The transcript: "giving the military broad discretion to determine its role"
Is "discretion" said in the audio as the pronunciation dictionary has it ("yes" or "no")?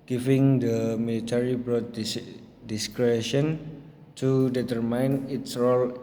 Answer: yes